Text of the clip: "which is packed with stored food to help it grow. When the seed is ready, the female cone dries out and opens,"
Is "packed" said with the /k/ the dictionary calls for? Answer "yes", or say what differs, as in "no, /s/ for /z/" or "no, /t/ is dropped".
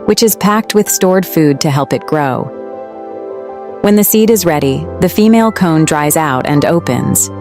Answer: yes